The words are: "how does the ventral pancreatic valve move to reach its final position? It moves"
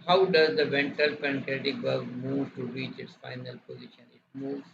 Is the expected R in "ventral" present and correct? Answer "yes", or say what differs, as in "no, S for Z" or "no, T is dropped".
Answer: no, R is dropped